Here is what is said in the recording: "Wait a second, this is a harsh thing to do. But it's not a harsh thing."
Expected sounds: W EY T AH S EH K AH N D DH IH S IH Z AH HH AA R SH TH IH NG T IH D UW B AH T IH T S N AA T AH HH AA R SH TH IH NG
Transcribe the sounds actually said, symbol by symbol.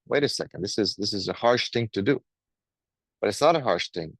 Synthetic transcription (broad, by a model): W EY T AH S EH K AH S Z DH IH S IH Z AH HH AA R SH TH IH NG T IH D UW B AH T IH T S N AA T AH HH AA R SH TH IH NG